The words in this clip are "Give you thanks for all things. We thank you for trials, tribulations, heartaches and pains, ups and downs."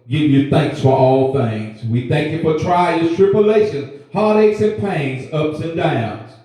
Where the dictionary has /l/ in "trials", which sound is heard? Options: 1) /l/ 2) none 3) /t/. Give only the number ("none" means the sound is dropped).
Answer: 2